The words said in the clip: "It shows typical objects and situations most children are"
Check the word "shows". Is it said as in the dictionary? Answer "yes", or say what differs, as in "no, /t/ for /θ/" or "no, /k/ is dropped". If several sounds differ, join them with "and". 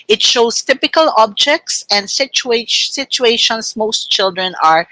no, /s/ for /z/